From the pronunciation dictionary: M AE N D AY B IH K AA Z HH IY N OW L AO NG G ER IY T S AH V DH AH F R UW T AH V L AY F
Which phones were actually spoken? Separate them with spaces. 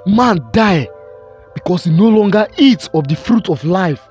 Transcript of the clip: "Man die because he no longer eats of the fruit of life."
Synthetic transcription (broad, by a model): M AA N D AY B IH K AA S HH IY N OW L AO NG G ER IY T S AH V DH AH F R UW T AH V L AY F